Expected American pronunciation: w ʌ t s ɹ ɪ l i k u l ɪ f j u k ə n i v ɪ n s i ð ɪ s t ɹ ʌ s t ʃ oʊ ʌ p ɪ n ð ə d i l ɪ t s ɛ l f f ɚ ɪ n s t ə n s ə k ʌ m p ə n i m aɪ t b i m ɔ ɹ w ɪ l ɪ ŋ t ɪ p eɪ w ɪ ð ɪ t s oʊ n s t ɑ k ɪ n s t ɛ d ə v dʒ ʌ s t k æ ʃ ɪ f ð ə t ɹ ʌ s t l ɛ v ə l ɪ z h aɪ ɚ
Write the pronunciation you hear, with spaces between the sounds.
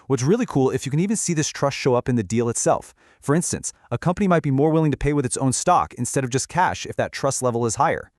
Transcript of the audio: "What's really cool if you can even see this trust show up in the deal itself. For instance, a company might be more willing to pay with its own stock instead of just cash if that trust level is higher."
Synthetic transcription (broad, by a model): w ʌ t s ɹ ɪ l i k u l ɪ f j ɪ k ə n i v ɪ n s i ð ɪ s t ɹ ʌ s t ʃ oʊ ʌ p ɪ n ð ə d i l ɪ t s ɛ l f f ɚ ɪ n s t ə n s ə k ʌ m p ə n i m aɪ t b i m ɔ ɹ w ɪ l ɪ ŋ t ɪ p eɪ w ɪ ð ɪ t s oʊ n s t ɑ k ɪ n s t ɛ d ə v dʒ ʌ s k æ ʃ ɪ f ð ə t ɹ ʌ s t l ɛ v l ɪ z h aɪ ɚ